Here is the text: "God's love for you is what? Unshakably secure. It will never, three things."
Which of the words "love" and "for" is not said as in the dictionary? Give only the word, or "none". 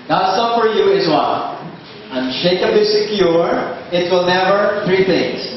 love